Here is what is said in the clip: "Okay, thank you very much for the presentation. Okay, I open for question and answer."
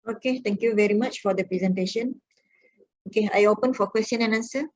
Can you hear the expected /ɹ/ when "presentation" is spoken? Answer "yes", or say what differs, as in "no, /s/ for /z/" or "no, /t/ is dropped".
yes